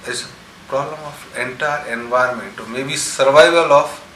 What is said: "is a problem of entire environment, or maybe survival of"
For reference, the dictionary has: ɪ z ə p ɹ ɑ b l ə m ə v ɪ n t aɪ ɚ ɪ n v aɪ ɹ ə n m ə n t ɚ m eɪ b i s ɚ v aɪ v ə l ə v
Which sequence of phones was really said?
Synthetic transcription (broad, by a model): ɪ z ə p ɹ ɑ b l ə m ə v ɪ n t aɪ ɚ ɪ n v aɪ ə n m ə n t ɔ m eɪ b i s ɚ v aɪ v ə l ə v